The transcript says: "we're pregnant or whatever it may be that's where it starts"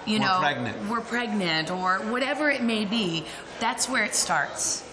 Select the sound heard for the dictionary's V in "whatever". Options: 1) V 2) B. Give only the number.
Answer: 1